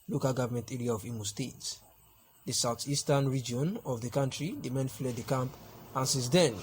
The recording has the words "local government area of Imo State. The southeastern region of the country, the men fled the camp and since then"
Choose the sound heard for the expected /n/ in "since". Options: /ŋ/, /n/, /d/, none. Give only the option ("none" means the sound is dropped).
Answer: none